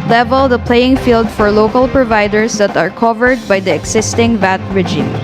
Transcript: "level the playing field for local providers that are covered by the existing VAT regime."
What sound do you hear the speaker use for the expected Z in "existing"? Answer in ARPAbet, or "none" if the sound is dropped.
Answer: S